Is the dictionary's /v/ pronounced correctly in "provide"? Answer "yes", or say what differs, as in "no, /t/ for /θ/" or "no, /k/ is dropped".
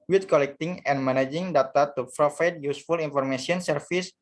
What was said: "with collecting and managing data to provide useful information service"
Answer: no, /f/ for /v/